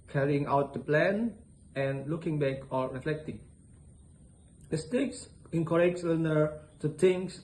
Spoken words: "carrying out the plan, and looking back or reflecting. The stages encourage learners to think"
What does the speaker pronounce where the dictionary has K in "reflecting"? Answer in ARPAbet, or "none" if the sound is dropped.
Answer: K